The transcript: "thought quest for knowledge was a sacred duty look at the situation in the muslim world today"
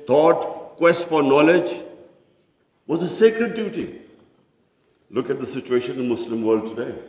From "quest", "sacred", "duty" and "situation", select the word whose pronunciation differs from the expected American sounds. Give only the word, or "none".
none